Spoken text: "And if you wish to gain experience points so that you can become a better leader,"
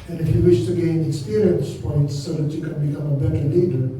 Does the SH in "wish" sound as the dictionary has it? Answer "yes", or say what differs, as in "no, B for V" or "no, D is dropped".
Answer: yes